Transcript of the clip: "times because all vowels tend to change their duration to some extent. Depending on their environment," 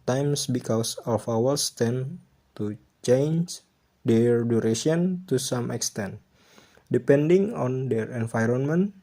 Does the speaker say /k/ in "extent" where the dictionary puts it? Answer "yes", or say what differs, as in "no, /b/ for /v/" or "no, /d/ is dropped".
yes